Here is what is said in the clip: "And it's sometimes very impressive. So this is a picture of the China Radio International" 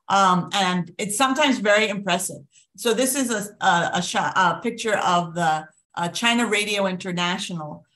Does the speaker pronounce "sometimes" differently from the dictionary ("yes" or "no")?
no